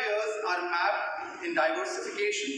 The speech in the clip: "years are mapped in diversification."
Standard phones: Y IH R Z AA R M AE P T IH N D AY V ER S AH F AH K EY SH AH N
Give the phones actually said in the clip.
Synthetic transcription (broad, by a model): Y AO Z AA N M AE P IH N D AY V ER S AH F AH K EY SH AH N